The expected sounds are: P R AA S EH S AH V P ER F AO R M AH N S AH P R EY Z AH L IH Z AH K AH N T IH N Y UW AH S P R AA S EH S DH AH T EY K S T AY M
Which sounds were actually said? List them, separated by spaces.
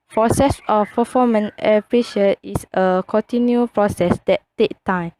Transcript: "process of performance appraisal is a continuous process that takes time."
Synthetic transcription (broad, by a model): P R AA S EH S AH F P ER F AO M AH N AH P R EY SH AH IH S AH K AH N T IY N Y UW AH P R AA S EH S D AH T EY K T AY M